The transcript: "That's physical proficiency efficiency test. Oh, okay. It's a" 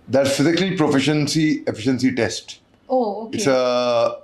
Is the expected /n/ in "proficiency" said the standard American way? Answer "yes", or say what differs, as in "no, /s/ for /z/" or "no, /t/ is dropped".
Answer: yes